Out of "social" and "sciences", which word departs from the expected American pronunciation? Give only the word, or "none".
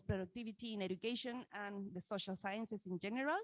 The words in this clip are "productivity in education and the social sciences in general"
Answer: sciences